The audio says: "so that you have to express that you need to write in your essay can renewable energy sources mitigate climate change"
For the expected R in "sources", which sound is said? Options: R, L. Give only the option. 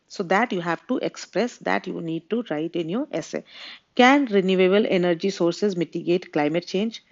R